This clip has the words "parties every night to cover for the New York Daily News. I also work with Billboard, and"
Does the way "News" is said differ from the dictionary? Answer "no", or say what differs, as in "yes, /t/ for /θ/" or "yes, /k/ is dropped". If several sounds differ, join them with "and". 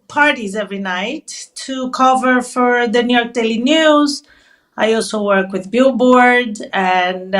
no